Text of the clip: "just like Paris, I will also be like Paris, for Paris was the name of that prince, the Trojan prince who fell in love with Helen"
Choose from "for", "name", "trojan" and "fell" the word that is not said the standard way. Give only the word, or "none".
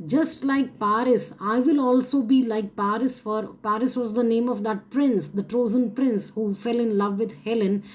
trojan